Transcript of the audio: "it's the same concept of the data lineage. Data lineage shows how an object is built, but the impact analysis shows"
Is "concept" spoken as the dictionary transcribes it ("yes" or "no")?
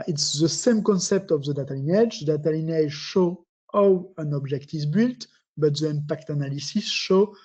yes